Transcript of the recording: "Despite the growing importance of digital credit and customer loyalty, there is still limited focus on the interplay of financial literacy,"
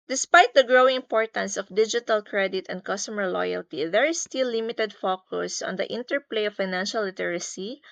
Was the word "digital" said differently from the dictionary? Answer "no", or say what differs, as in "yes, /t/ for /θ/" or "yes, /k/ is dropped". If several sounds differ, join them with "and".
no